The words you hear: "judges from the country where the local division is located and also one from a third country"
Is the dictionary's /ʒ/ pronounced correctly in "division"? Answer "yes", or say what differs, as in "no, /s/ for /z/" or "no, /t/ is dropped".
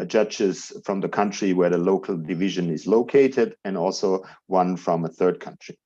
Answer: yes